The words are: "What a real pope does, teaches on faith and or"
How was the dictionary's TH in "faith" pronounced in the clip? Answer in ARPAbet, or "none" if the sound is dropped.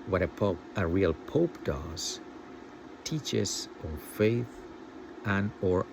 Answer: TH